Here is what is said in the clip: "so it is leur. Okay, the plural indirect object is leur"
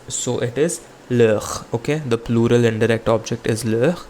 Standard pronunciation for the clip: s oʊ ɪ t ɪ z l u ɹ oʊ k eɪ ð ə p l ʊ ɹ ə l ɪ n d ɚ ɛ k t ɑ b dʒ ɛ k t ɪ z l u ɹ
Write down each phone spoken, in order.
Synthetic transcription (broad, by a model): s oʊ ɪ t ɪ z l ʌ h oʊ k eɪ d ə p l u ɹ ə l ɪ n d ɚ ɛ k t ɑ b dʒ ɛ k t ɪ z l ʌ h